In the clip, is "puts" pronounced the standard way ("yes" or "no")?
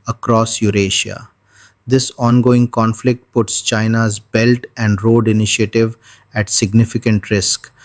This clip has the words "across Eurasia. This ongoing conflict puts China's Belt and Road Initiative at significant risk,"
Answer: yes